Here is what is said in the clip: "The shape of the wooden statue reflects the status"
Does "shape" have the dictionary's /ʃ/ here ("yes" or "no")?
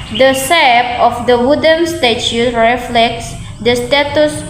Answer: no